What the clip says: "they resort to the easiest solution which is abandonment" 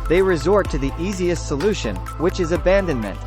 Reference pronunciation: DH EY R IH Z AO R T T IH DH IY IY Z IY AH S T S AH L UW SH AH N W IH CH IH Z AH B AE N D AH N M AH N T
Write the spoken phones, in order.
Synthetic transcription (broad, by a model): DH EY R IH Z AO R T T IH DH IY IY Z IY AH S T S AH L UW SH AH N W IH CH IH Z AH B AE N D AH N M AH N T